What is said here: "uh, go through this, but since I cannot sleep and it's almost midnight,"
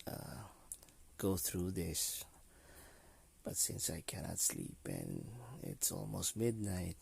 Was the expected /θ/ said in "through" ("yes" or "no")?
yes